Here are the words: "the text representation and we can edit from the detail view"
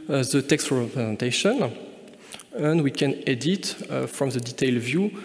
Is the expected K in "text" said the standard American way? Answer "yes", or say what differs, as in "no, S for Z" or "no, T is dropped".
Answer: yes